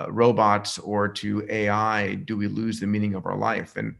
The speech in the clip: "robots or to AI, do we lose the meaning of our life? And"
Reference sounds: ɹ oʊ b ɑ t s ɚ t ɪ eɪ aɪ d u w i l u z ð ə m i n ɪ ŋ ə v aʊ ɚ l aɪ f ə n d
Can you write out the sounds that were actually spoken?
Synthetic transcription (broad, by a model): ɹ oʊ b ɑ t s ɚ t ɪ eɪ aɪ d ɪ w i l u z ð ə m i n ɪ ŋ ə v aʊ ɚ l aɪ f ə n